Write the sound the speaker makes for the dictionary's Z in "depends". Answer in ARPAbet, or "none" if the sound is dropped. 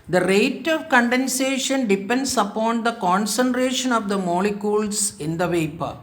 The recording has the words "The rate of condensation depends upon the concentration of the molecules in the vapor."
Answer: S